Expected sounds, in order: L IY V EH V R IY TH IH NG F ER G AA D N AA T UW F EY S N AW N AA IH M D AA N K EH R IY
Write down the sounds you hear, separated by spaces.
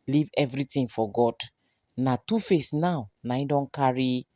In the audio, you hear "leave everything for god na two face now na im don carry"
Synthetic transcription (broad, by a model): L IY V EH V R IY T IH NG F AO G AA D N AA T UW F EY S N AW N AA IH D AA N K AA R IY